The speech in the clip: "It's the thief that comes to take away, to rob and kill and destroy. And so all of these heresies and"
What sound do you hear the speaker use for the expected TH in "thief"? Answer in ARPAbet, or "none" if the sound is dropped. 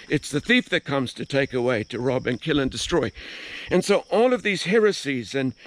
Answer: TH